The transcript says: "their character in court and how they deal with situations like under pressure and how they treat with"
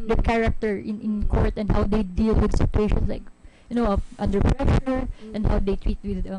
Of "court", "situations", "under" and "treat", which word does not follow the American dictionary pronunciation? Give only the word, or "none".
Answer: situations